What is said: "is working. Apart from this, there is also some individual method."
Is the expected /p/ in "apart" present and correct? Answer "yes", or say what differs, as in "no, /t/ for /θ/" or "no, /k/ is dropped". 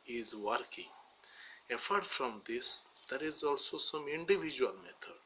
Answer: no, /f/ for /p/